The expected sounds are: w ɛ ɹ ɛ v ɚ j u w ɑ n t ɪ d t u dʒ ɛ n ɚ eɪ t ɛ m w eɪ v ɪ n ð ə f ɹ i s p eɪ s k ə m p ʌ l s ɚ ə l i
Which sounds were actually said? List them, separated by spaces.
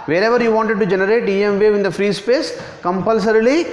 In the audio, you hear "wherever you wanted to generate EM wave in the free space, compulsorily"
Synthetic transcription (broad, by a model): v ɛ ɹ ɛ v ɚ j u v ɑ n t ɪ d t u dʒ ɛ n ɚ eɪ t ɛ m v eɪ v ɪ n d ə f ɹ i s p eɪ s k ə m p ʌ l s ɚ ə l i